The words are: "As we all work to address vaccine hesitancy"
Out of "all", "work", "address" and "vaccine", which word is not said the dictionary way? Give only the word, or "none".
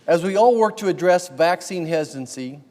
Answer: none